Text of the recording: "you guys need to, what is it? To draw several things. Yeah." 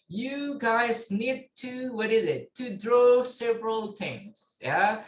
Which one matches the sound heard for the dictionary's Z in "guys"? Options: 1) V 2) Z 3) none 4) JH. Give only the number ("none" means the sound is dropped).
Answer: 2